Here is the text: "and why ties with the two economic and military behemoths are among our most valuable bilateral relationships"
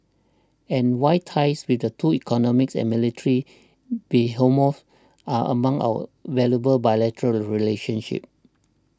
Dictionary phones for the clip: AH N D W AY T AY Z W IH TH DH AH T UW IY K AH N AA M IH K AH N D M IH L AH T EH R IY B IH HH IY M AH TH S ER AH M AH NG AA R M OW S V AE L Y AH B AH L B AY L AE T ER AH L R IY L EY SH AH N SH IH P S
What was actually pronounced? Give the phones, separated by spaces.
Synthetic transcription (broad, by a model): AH N W AY T AY S W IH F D AH T UW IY K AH N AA M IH K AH N M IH L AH T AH R IY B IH HH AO M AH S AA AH M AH NG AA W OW V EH L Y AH B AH L B AY L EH T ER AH L R IY L EY SH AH N SH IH P